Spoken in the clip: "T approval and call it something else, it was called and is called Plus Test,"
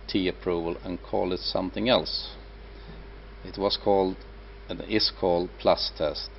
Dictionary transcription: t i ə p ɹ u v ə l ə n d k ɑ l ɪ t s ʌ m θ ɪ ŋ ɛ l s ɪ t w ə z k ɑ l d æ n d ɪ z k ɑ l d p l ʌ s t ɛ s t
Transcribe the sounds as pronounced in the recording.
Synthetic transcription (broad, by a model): t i ə p ɹ u v ə l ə n k ɑ l ɪ t s ʌ m θ ɪ ŋ ɛ l s ɪ t w ə z k ɑ l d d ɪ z k ɑ l d p l ʌ s t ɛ s t